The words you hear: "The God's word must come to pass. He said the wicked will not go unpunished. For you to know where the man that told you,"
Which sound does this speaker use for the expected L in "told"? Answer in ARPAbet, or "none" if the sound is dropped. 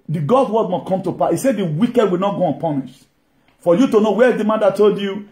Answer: L